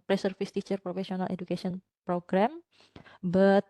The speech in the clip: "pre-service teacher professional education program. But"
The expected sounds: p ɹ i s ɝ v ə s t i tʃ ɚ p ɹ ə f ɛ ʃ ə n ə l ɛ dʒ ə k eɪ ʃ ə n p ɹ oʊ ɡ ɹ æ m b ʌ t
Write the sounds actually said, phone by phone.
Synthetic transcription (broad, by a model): p ɹ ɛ s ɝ f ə s t i tʃ ɚ p ɹ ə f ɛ s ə n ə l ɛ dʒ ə k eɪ s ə n p ɹ oʊ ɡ ɹ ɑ m b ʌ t